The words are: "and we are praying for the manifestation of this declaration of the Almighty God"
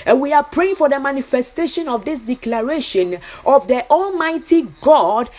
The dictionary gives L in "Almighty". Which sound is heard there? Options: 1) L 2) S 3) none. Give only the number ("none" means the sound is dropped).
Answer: 1